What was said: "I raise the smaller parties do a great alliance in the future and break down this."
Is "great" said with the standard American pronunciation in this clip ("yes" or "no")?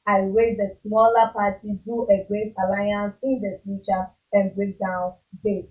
no